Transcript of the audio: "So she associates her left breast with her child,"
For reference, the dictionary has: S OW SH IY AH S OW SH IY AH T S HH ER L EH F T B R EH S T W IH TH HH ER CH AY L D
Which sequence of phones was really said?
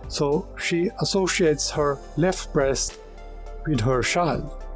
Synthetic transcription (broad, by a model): S OW SH IY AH S OW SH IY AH T S HH ER L EH F T B R EH S T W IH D HH ER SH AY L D